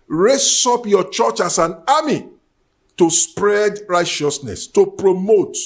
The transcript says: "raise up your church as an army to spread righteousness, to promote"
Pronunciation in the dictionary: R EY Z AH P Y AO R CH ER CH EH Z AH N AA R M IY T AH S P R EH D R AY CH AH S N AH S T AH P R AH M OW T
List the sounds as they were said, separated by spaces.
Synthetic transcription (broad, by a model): R EY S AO P Y AO CH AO CH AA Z AH N AA M IY T AH S P R EH D R AY CH AH S N AH S T AH P R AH M OW T